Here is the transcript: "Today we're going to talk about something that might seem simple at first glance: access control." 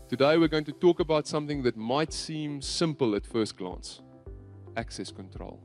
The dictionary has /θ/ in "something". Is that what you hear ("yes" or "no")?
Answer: yes